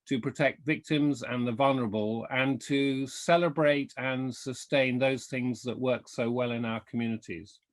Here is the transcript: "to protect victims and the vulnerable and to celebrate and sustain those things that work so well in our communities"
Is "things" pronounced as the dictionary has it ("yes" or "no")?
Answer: yes